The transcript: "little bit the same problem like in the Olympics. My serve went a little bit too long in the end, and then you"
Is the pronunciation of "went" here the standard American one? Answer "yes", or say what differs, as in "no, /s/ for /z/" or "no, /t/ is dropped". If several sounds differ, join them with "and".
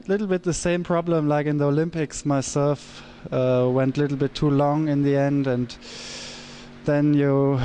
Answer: yes